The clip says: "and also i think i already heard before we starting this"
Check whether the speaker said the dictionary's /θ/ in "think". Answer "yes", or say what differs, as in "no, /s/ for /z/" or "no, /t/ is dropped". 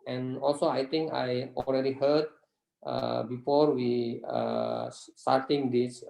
no, /t/ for /θ/